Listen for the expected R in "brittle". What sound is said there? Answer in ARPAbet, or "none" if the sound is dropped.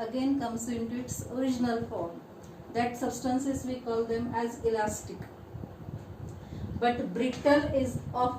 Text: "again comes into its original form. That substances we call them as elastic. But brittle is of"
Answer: R